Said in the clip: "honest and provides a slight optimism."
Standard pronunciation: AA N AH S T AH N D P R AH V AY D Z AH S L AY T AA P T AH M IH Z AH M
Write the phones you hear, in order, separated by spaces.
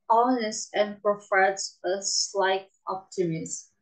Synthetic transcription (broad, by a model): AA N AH S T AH N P R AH F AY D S AH S L AY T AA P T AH M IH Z